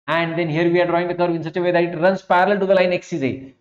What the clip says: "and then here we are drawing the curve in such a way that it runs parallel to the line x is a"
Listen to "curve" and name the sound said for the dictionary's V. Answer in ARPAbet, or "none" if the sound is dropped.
V